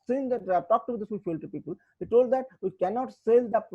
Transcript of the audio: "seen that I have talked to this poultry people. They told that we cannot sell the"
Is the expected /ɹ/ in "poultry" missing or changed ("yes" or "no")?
yes